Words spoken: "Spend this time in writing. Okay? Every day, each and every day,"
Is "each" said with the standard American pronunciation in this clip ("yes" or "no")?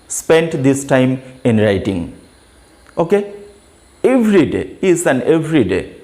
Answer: no